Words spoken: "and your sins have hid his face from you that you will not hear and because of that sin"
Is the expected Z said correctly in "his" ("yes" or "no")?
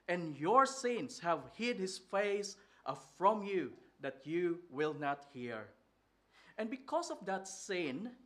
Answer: no